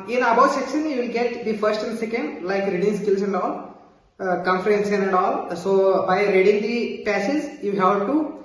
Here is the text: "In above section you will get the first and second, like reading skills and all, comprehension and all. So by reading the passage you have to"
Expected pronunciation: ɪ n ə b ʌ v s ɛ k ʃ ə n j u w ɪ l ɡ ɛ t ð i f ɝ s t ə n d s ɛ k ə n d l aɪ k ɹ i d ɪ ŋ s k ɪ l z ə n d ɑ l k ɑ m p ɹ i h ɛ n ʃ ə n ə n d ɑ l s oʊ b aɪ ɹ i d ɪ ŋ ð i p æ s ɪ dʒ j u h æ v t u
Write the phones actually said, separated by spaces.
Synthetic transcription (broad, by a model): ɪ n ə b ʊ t s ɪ k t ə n j u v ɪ l ɡ ɛ t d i f ɝ s t ə n d s ɛ k ə n d l aɪ k ɹ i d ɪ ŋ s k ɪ l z ə n d ɑ l k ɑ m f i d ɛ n s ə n ə n d ɑ l s oʊ b aɪ ɹ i d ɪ ŋ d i p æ s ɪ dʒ j u h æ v t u